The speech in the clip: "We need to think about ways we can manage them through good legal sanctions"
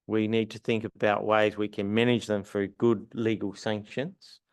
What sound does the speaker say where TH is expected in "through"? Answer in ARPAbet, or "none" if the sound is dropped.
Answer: F